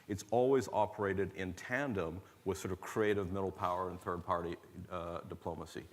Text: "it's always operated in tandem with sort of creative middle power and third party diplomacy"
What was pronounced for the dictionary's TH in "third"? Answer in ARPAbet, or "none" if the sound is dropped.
TH